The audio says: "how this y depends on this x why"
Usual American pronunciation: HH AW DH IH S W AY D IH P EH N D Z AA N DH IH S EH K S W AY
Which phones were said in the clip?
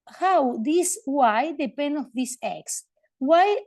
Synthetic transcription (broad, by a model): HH AW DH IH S W AY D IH P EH N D AA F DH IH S EH K S W AY